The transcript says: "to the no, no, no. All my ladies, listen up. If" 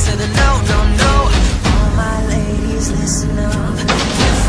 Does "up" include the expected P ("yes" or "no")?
no